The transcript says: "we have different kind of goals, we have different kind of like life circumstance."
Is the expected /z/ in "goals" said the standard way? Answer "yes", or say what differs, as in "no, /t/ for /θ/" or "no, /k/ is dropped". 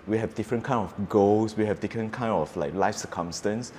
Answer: no, /s/ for /z/